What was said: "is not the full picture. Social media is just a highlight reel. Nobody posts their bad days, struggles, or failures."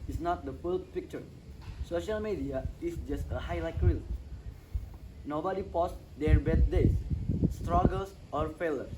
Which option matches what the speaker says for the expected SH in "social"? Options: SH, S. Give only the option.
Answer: SH